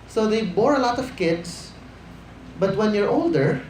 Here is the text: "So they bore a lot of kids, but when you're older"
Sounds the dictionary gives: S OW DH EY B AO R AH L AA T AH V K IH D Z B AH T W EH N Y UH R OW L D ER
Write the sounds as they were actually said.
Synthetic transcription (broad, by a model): S OW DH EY B AO R AH L AA T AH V K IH D S B AH T W EH N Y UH R OW L D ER